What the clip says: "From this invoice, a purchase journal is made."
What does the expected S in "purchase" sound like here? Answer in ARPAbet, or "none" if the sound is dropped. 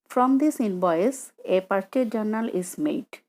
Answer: none